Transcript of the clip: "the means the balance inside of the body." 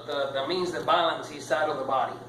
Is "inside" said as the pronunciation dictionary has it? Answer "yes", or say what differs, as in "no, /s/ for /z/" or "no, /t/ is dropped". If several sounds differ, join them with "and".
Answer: no, /n/ is dropped